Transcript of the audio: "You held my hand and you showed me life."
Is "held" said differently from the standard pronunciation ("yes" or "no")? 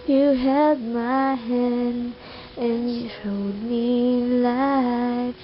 yes